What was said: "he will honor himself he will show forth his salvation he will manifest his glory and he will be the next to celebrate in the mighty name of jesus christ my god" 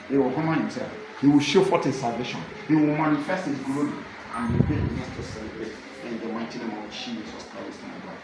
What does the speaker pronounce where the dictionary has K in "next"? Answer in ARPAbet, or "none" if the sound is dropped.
none